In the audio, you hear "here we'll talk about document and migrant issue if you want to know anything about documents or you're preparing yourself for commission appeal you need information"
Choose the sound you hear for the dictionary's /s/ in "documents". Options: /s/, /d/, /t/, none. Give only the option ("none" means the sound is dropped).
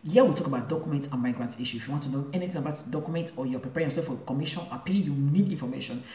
none